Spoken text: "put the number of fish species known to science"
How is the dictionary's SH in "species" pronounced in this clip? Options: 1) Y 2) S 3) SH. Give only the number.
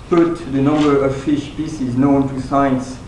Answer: 2